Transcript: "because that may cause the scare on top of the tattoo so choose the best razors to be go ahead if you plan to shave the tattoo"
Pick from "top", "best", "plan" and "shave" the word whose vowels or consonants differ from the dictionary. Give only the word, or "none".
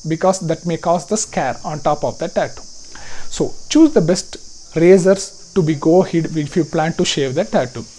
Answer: none